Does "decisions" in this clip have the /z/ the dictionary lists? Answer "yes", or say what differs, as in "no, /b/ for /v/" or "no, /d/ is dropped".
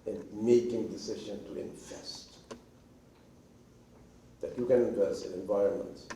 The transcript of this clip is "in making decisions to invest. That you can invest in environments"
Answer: no, /z/ is dropped